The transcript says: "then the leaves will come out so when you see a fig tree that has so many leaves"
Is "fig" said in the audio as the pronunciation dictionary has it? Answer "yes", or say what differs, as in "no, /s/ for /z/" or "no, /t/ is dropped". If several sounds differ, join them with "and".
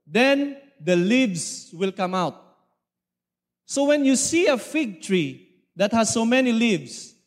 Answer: yes